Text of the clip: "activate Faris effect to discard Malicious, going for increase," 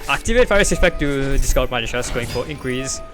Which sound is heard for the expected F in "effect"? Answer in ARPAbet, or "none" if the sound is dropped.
P